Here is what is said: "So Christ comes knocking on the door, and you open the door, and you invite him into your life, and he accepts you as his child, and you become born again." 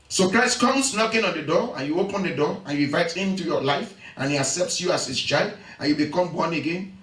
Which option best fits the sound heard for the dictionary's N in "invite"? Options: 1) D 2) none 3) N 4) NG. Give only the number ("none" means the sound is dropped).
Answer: 2